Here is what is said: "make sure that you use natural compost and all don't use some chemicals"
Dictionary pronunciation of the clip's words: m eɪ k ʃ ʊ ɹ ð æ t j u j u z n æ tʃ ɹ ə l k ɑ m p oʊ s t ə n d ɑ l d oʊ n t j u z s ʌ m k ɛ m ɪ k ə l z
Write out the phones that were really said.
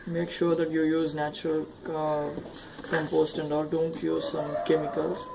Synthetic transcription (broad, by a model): m eɪ k ʃ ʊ ɹ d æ t j u j u z n æ tʃ ɹ ə l k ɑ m p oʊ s t ə n d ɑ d d oʊ n t j u z s ʌ m k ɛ m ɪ k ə l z